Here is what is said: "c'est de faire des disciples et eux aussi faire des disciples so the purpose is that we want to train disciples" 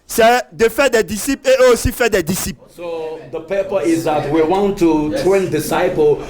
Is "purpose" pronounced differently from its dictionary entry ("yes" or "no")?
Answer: yes